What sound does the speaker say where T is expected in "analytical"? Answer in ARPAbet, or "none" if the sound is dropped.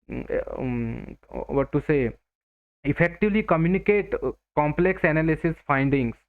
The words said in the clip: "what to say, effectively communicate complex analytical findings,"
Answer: S